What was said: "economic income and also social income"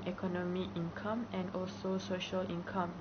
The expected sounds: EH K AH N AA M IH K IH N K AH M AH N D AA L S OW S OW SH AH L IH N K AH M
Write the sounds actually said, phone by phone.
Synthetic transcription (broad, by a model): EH K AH N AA M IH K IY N K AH M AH N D AA L S OW S OW SH AH L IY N K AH M